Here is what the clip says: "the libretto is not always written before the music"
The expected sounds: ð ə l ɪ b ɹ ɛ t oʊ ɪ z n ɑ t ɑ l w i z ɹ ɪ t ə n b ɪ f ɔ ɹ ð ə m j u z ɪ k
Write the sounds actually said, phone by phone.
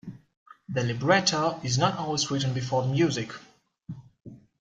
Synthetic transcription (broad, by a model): ð ə l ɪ b ɹ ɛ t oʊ ɪ z n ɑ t ɑ l w i z ɹ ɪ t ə n b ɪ f ɔ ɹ ð ə m j u z ɪ k